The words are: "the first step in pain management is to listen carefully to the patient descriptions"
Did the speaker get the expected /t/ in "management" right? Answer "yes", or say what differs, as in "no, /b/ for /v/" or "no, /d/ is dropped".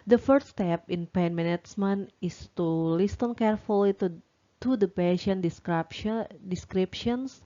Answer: no, /t/ is dropped